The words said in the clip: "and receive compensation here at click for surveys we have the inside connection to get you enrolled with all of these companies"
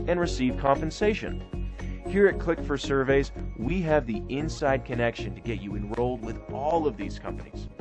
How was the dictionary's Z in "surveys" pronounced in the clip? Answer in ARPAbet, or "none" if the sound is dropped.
Z